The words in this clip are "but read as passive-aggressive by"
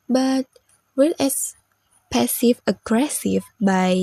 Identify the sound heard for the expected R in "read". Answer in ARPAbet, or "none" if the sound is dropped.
W